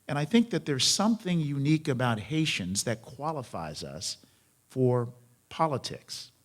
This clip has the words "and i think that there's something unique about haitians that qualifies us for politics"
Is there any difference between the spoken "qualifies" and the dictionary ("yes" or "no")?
no